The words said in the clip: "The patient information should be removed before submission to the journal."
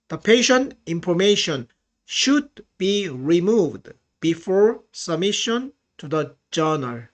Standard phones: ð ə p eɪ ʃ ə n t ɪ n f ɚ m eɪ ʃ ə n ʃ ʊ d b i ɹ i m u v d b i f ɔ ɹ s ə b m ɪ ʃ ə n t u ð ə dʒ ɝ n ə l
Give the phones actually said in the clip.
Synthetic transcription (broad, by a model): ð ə p eɪ ʃ ə n t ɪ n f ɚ m eɪ ʃ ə n ʃ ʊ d b i ɹ i m u v d b i f ɔ ɹ s ə b m ɪ ʃ ə n t u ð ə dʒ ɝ n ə l